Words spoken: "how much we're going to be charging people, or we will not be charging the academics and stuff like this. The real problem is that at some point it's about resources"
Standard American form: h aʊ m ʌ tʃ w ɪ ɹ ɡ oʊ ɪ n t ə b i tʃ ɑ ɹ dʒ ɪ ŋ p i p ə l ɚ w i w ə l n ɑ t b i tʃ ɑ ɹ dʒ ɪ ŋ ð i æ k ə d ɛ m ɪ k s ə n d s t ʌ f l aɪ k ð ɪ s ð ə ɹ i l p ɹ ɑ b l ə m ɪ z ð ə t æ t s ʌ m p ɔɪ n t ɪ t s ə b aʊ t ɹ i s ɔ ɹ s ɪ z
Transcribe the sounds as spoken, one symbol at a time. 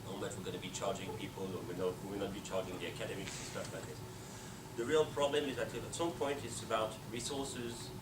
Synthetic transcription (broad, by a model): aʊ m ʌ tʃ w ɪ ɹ ɡ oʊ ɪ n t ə b i tʃ ɑ ɹ dʒ ɪ ŋ p i p ə l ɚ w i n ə w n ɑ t b i tʃ ɑ ɹ dʒ ɪ ŋ ð i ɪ k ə d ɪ m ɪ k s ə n s t ʌ f l aɪ k ð ɪ s ð ə ɹ i l p ɹ ɑ b l ə m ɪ z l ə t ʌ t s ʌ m p ɔɪ n t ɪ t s ə b aʊ t ɹ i s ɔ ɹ s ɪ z